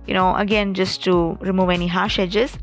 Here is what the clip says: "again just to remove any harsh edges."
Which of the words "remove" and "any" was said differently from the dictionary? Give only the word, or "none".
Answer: none